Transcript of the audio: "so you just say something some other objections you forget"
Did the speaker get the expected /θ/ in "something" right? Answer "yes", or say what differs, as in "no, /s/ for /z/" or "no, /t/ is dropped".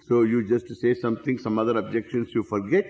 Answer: no, /t/ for /θ/